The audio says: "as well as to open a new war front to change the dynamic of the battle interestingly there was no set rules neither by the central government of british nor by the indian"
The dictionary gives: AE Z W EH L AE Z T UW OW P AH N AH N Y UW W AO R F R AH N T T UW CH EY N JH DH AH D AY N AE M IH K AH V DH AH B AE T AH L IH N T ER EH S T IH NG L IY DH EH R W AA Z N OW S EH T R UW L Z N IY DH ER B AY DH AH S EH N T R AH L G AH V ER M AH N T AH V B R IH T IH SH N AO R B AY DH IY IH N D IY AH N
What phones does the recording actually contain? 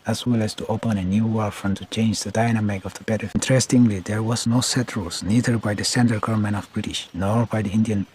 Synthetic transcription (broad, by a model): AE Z W EH L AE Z T UW OW P AH N AH N Y UW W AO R F R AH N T T UW CH EY N JH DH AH D AY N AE M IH K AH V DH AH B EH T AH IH N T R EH S T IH NG L IY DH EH R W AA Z N OW S EH T R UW L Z N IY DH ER B AY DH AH S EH N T AH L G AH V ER M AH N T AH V B R IH T IH SH N AO R B AY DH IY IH N D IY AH N